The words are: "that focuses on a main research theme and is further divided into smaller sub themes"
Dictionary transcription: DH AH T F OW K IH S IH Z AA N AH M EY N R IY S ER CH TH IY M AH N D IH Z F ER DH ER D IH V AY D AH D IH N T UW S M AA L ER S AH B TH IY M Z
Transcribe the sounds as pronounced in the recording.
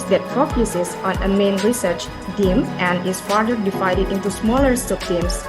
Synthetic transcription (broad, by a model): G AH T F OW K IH S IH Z AA N AH M EY N R IY S ER CH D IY M AH N D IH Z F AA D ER D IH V AY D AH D IH N T UW S M AA L ER S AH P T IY M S